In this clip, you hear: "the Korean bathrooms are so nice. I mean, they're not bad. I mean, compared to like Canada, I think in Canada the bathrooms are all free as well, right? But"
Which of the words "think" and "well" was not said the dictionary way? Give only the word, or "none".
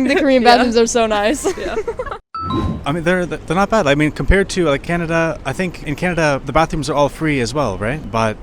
none